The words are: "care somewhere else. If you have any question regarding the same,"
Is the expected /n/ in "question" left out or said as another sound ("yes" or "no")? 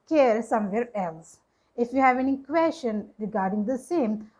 no